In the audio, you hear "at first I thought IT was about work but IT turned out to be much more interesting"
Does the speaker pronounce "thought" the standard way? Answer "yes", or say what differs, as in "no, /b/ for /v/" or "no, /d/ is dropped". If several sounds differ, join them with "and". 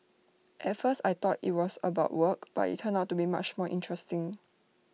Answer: no, /t/ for /θ/